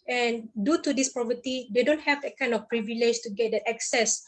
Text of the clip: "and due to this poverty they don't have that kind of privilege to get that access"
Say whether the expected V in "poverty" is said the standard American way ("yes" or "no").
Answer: no